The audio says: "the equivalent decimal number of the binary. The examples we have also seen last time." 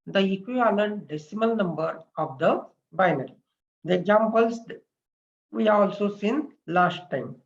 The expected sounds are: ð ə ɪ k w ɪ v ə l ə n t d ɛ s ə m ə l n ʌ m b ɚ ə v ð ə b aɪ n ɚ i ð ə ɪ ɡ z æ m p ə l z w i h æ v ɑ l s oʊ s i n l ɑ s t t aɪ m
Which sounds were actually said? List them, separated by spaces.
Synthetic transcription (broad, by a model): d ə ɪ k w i ə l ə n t d ɛ s ə m ə l n ʌ m b ɚ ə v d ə b aɪ n ɚ i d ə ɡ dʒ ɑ m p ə l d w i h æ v ɑ l s oʊ s i n l ɑ s t t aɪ m